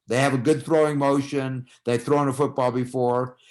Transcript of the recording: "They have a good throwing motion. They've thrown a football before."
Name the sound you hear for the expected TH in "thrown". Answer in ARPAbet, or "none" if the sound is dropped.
TH